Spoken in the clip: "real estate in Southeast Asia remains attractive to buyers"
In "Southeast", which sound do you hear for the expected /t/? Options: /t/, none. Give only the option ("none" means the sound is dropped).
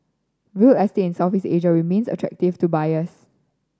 none